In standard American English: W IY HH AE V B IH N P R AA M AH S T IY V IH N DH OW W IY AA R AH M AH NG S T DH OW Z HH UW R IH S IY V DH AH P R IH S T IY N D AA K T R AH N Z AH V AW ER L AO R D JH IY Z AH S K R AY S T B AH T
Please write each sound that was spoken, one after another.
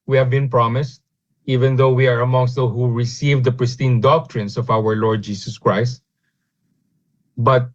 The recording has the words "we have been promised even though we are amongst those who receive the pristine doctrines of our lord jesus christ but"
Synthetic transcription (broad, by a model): W IY HH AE V B IH N P R AA M AH S T IY V IH N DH OW W IY AA R AH M AH NG S T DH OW HH UW R IH S IY V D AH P R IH S T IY N D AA K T R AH N S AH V AW ER L AO R D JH IY S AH S K R AY S T B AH T